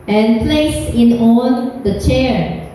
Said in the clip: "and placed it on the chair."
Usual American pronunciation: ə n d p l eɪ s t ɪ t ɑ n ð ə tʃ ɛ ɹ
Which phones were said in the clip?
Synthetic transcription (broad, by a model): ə n p l eɪ s ɪ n ɑ n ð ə tʃ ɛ ɹ